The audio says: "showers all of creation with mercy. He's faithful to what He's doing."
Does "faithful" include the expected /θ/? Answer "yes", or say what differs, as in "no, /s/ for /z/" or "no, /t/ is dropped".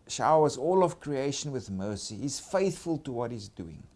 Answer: yes